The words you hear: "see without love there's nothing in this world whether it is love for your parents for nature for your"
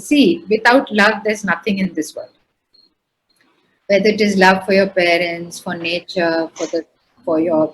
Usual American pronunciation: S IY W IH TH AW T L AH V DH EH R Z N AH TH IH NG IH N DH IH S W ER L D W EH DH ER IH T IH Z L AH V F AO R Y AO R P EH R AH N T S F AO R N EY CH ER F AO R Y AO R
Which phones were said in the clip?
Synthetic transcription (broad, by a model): S IY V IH T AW T L AH V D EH R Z N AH T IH NG IH N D IH S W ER L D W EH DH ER IH T IH Z L AH V F AO R Y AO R P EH R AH N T S F AO R N EY CH ER F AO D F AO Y